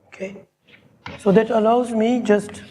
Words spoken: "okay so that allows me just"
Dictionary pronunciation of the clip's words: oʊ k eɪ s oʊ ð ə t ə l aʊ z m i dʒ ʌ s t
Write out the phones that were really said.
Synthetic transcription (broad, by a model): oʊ k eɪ s oʊ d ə t ə l aʊ z m i dʒ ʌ s t